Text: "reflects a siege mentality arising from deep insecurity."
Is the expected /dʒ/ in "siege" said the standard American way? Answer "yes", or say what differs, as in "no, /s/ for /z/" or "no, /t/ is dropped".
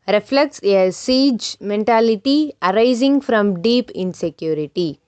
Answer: yes